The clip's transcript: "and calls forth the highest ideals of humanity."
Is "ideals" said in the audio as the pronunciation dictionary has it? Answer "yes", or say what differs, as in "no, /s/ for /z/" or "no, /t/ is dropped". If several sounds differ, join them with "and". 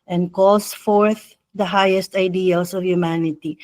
no, /s/ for /z/